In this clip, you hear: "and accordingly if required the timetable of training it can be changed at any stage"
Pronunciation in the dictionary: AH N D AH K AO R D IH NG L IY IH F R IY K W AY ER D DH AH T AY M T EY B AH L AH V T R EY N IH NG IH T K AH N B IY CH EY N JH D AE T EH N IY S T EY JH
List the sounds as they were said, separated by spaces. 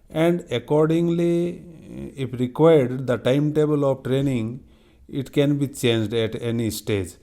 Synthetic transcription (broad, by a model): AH N D AH K AO R D IH NG L IY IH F R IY K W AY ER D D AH T AY M T EY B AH L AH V T R EY N IH NG IH T K AH N B IY CH EY N JH D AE T EH N IY S T EY JH